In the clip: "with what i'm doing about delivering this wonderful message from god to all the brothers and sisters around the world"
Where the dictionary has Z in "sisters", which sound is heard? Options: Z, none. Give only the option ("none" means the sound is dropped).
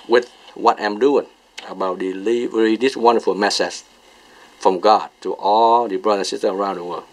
none